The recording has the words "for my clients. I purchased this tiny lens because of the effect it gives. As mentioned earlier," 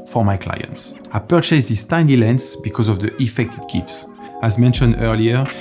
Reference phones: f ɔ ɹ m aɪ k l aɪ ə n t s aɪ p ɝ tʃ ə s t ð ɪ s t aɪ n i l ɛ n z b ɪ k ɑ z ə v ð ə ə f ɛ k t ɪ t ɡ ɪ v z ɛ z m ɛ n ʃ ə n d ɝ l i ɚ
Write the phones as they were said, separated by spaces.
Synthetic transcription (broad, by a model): f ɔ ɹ m aɪ k l aɪ ə n t s aɪ p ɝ tʃ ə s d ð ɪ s t aɪ n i l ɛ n s b ɪ k ɑ z ə v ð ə ə f ɛ k t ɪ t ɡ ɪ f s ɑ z m ɛ n ʃ ə n d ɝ l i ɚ